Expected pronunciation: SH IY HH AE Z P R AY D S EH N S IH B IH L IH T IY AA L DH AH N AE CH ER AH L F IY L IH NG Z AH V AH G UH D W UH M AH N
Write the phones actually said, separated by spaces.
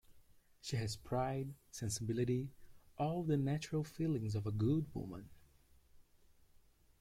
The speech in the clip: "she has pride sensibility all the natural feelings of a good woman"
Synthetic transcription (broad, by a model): SH IY HH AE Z P R AY D S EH N S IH B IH L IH T IY AA L DH AH N AE CH ER AH L F IY L IH NG Z AH V AH G UH D W UH M AH N